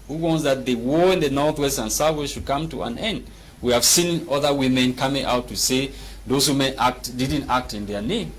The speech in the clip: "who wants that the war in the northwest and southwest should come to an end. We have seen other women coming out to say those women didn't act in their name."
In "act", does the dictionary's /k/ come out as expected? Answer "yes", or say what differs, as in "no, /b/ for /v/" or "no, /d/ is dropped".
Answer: yes